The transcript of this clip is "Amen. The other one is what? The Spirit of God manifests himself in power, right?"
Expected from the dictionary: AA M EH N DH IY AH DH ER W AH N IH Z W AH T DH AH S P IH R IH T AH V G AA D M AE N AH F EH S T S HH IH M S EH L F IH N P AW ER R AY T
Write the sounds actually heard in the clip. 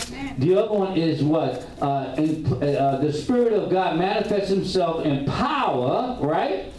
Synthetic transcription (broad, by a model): DH IY AH DH ER W AH N IH Z W AH T DH AH S P IH R IH T AH V G AA D M AE N AH F EH S T S HH IH M S EH L F IH N P AW ER R AY T